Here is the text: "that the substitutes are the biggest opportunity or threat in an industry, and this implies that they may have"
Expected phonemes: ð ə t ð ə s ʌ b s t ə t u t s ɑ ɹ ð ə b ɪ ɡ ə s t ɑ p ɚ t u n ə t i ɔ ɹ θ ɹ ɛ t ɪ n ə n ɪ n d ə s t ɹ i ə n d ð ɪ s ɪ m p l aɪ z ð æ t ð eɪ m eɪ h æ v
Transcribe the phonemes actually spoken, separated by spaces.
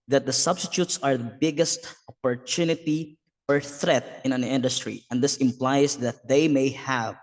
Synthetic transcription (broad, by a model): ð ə t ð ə s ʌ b s t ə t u t s ɑ ɹ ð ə b ɪ ɡ ə s t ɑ p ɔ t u n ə t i ɔ ɹ θ ɹ ɛ t ɪ n ə n ɪ n d ə s t ɹ i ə n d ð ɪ s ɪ m p l aɪ s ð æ t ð eɪ m eɪ h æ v